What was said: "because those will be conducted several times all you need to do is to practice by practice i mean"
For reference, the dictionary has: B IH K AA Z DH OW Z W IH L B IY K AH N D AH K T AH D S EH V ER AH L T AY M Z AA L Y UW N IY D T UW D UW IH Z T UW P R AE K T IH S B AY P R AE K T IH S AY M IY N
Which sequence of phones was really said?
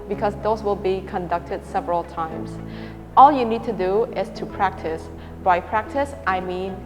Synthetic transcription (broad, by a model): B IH K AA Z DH OW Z W IH L B IY K AH N D AH K T AH D S EH V ER AH L T AY M S AA L Y UW N IY D T UW D UW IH S T UW P R AE K T IH S B AY P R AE K T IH S AY M IY N